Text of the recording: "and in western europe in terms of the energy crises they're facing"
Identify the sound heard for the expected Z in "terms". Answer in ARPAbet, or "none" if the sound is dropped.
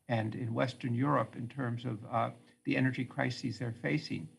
Z